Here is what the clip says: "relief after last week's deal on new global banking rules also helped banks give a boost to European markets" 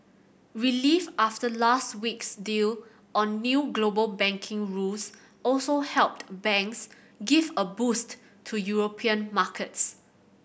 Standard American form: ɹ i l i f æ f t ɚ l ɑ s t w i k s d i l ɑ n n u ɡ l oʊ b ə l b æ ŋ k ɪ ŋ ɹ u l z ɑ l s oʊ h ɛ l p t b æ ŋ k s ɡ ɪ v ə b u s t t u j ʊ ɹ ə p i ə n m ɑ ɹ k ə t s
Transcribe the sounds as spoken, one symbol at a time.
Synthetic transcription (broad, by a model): ɹ i l i f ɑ f t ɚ l ɑ s t w i k s d i l ɑ n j u ɡ l oʊ b ə l b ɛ ŋ k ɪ ŋ ɹ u l s ɑ l s oʊ h ɛ l p t b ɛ ŋ k s ɡ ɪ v ə b u s t t u j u ɹ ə p i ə n m ɑ k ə t s